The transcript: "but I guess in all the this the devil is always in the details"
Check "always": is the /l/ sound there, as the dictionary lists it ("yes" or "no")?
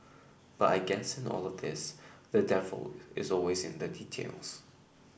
yes